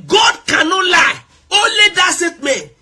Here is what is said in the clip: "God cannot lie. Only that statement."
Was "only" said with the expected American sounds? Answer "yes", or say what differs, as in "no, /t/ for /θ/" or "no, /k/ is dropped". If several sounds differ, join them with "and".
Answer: no, /n/ is dropped